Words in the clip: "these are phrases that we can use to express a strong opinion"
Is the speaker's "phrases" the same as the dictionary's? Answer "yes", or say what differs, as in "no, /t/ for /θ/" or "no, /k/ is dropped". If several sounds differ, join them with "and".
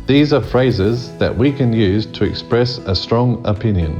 yes